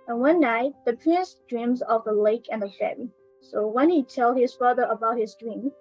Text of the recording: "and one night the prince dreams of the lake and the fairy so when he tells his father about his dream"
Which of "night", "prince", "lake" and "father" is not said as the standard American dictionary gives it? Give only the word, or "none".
none